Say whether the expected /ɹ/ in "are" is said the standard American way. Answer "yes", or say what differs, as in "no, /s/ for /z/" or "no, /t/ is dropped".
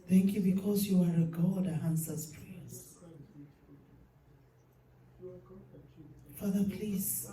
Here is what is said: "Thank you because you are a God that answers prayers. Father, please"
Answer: yes